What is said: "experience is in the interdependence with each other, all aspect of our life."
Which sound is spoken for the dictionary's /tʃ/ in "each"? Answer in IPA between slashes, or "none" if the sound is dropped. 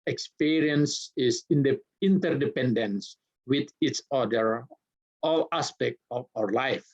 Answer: /s/